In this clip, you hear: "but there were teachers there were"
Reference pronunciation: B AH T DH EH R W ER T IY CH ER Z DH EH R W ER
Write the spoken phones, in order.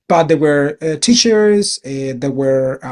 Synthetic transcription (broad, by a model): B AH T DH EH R W ER T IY SH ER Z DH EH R W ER